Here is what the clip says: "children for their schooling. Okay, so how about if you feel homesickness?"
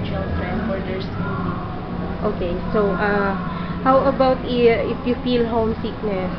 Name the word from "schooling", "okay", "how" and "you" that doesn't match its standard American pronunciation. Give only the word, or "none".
schooling